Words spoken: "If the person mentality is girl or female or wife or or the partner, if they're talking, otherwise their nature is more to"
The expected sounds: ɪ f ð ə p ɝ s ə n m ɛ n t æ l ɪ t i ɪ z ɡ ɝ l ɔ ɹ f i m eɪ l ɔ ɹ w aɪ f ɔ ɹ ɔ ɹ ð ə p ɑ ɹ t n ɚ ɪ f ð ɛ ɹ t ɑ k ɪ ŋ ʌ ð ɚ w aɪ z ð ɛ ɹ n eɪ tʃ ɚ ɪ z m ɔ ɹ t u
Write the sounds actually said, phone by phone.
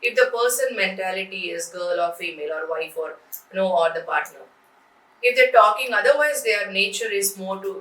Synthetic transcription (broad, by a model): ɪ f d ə p ɝ s ə n m ɛ n t æ l ɪ t i ɪ z ɡ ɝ l ɔ ɹ f i m eɪ l ɔ ɹ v aɪ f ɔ ɹ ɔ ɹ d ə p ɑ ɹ t n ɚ ɪ f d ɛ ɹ t ɑ k ɪ ŋ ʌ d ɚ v aɪ z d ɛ ɹ n eɪ tʃ ɚ ɪ z m ɔ ɹ t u